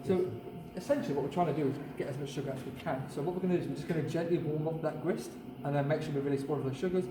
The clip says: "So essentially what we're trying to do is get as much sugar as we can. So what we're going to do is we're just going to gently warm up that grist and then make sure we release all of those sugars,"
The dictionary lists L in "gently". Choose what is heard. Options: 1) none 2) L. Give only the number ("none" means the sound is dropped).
2